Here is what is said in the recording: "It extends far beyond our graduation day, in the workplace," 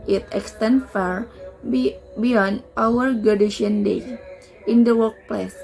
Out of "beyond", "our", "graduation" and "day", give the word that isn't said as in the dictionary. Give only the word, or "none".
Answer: graduation